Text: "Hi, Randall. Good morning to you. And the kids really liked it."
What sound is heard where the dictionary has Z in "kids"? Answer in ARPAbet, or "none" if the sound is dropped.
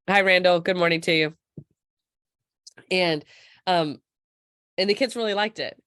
Z